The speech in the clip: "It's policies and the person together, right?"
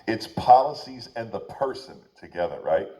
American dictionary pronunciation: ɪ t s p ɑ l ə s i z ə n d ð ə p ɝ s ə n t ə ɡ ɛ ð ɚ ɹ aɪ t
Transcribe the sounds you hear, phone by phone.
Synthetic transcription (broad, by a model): ɪ t s p ɑ l ə s i z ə n ð ə p ɝ s ə n t ə ɡ ɛ ð ɚ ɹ aɪ t